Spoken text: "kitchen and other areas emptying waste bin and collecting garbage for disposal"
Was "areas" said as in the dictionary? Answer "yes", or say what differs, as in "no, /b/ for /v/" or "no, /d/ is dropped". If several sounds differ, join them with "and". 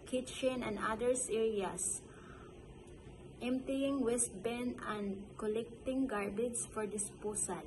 no, /s/ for /z/